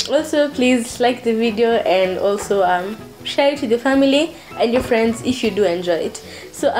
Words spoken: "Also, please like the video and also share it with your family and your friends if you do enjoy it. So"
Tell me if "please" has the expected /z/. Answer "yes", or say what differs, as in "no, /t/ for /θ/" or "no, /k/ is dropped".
yes